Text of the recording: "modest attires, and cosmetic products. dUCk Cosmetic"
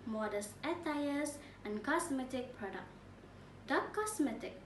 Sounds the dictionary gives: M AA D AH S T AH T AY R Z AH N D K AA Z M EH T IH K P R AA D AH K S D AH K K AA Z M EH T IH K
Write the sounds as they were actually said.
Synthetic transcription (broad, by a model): M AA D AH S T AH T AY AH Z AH N K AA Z M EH T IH K P R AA D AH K D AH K K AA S M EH T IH K